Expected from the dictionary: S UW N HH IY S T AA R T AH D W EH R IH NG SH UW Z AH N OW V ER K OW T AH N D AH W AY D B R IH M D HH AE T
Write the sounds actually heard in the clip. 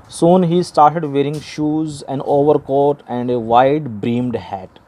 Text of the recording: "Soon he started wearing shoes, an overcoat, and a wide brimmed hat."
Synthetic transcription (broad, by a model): S UW N HH IY S T AA R T AH D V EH R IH NG SH UW Z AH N OW V ER K OW T AH N D AH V AY D B R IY M D HH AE T